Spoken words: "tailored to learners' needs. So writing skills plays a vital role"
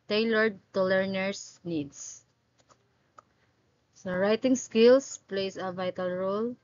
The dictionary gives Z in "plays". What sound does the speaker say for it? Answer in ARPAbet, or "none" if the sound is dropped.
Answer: S